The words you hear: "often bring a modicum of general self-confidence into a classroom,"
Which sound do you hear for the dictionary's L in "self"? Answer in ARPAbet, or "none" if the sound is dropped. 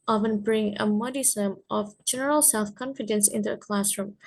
L